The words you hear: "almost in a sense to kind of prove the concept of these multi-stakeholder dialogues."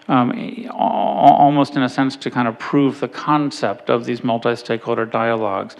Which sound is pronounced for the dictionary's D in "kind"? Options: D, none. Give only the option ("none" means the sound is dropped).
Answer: D